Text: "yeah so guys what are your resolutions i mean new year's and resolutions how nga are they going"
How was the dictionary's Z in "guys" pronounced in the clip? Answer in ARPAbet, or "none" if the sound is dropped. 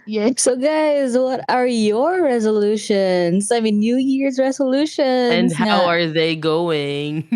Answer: Z